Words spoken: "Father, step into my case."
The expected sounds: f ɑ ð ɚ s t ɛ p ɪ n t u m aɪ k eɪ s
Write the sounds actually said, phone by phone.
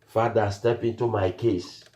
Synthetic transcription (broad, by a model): f ɑ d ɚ s t ɛ p ɪ n t u m aɪ k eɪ s